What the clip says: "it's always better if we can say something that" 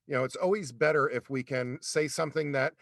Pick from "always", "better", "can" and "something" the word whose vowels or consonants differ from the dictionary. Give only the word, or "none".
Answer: none